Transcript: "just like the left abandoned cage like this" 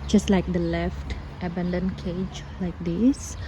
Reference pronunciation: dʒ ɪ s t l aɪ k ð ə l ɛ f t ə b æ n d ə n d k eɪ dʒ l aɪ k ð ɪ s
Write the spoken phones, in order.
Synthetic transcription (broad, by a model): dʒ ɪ s t l aɪ k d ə l ɛ f t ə b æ n d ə n k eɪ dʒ l aɪ k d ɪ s